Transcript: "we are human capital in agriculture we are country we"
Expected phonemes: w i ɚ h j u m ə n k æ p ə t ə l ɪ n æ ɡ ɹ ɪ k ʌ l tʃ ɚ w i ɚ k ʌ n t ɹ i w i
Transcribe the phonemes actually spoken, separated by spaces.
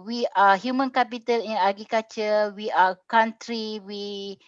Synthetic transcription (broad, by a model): w i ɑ h j u m ə n k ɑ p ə t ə l ɪ n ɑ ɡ ɪ k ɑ tʃ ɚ w i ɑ k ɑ n t ɹ i w i